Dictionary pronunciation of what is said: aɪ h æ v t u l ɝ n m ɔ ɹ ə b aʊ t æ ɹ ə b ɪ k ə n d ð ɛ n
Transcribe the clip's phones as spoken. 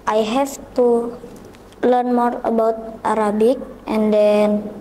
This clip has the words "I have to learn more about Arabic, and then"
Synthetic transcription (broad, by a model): aɪ h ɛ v t u l ɝ n m ɔ ɹ ə b aʊ t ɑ ɹ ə b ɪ k ə n d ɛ n